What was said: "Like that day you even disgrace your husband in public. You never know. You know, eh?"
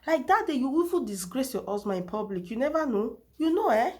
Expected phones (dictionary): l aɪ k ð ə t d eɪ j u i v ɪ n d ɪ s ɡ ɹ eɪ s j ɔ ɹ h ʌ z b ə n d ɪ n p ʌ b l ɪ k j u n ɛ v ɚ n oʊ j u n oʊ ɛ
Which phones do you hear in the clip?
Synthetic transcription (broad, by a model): l aɪ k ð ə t d eɪ j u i f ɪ l d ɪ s ɡ ɹ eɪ s j ɔ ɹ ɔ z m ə ɪ n p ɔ b l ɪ k j u n ɛ v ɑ n oʊ j u n oʊ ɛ